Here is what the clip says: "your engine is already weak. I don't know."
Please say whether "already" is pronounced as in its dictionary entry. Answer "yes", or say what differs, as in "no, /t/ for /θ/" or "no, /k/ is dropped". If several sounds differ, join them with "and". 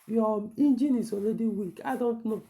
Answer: no, /l/ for /ɹ/